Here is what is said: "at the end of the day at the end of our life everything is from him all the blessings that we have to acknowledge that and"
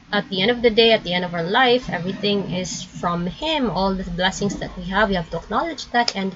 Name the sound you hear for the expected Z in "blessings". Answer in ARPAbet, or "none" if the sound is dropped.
S